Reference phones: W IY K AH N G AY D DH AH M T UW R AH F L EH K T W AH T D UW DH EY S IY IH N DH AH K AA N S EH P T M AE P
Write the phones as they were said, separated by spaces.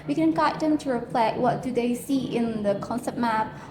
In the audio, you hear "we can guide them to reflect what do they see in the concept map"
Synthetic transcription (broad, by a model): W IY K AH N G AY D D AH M T UW R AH P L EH T W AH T D UW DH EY S IY IH N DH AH K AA N S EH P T M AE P